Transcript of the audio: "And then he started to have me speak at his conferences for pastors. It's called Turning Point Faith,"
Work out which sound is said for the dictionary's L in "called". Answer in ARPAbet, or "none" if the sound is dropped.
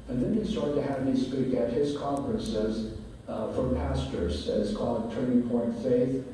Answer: L